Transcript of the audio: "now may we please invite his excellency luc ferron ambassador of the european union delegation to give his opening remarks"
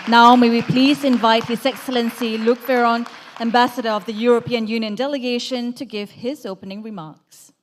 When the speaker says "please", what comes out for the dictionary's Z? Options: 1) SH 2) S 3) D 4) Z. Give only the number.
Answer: 4